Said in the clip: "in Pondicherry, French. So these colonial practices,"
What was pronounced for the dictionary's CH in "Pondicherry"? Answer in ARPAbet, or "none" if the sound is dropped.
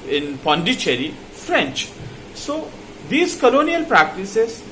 CH